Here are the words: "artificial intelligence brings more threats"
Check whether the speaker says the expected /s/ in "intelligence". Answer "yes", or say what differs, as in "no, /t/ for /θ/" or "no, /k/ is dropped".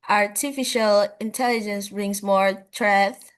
yes